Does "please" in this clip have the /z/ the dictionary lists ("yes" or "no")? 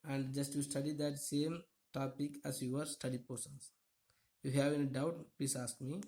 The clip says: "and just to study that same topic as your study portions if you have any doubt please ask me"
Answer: no